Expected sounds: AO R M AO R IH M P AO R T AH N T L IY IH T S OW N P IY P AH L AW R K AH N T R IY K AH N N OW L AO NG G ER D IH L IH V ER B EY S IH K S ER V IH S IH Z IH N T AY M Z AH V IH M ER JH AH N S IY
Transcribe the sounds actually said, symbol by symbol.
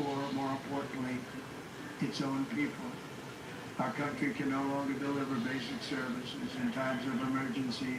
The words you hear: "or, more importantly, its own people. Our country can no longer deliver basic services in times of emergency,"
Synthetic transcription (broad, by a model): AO R M AO R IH M P AO R T N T L IY IH T S OW N P IY P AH L AW R K AH N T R IY K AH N N OW L AO NG G ER D IH L IH V ER B EY S IH K S ER V IH S IH Z IH N T AY M Z AH V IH M ER JH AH N S IY